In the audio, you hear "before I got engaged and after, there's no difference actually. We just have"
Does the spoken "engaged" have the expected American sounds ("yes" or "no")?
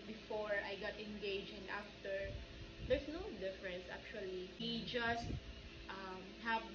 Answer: no